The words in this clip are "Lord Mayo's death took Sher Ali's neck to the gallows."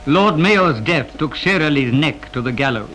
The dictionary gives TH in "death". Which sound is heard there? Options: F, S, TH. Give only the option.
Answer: TH